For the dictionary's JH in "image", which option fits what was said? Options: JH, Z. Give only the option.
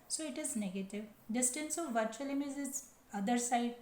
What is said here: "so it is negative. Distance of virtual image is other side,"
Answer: Z